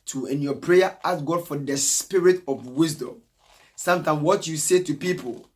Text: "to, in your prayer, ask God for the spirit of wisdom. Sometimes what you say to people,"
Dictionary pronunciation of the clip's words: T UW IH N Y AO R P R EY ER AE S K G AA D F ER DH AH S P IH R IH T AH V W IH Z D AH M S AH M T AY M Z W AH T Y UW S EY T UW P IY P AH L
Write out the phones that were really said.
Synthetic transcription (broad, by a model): T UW IH N Y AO P R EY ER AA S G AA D F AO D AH S P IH R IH T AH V W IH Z D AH M S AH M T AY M W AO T Y UW S EY T UW P IY P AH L